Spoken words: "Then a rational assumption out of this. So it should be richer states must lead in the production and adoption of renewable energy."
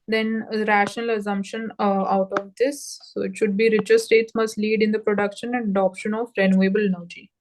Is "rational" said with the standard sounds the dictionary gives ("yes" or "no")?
yes